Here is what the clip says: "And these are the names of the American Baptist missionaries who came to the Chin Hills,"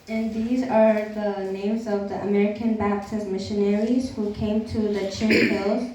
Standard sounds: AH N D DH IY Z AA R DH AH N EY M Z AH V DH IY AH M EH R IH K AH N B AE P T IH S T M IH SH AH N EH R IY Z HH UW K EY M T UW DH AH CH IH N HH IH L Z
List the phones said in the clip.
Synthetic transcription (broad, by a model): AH N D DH IY Z AA R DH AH N EY M Z AH V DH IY AH M EH R IH K AH N B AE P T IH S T M IH SH AH N EH R IY Z HH UW K EY M T UW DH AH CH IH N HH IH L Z